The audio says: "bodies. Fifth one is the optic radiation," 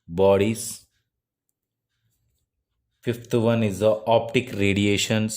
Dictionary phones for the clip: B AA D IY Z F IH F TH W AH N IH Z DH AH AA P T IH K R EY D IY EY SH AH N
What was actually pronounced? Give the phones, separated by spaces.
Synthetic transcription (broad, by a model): B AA D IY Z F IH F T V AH N IH Z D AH AA P T IH K R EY D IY EY SH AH N